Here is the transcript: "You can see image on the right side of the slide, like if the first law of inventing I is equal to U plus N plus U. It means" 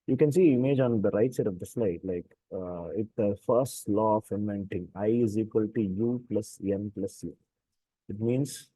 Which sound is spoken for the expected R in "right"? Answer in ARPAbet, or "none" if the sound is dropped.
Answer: R